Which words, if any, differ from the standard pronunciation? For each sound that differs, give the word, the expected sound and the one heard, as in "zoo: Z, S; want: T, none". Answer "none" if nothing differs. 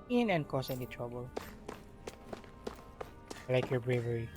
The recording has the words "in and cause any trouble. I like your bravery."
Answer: cause: Z, S